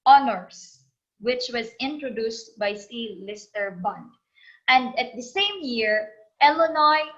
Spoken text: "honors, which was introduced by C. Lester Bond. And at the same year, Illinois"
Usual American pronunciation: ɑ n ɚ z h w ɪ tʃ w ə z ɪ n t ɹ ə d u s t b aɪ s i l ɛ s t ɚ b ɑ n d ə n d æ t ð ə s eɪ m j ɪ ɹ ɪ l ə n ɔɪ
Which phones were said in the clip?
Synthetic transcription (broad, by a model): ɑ n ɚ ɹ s w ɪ tʃ w ə z ɪ n t ɹ ə d u s t b aɪ s i l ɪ s t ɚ b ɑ n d ə n d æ t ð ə s eɪ m j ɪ ɹ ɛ l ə n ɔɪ